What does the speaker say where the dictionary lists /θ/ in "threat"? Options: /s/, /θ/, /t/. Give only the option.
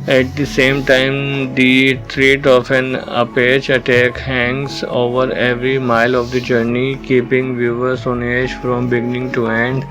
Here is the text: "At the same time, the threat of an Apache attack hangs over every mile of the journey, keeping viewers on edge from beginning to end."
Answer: /t/